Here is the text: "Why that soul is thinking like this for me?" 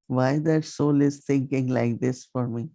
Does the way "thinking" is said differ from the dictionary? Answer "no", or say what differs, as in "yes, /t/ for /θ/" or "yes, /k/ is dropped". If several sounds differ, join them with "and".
yes, /t/ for /θ/